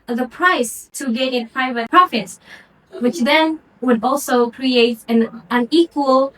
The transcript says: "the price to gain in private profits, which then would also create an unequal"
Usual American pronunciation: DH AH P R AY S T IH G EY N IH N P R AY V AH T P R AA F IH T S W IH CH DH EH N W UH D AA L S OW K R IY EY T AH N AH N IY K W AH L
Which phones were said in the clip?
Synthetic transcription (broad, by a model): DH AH P R AY S T IH G EY N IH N P R AY V AH T P R AA F IH T S W IH CH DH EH N W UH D AA L S OW K R IY EY T AH N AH N IY K W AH L